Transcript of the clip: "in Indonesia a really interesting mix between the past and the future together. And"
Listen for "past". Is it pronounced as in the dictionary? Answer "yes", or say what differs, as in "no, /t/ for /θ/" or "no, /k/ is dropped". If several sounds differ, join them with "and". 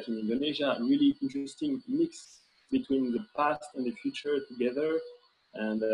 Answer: yes